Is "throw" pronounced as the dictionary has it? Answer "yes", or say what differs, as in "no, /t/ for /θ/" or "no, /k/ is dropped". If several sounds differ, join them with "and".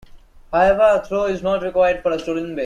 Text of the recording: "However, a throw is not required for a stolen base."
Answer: no, /t/ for /θ/